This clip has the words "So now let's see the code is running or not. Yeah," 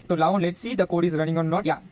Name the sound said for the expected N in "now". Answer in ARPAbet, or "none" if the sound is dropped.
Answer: L